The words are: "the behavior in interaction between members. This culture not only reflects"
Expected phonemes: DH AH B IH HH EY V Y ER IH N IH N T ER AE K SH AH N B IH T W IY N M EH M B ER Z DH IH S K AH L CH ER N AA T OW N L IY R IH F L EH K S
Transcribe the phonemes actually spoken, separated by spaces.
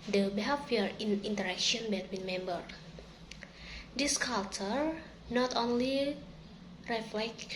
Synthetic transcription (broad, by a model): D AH B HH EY F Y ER IH N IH N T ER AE K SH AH N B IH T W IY N M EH M B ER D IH S K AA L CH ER N AA T OW N L IY R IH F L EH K